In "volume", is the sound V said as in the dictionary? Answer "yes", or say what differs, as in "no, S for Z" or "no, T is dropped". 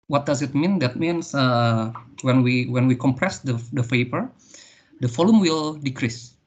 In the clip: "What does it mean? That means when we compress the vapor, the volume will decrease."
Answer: no, F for V